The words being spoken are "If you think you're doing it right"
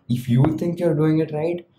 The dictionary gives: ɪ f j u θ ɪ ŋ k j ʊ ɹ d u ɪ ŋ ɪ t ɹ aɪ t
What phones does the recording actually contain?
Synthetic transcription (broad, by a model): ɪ f j u t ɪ ŋ k j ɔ ɹ d u ɪ ŋ ɪ t ɹ aɪ t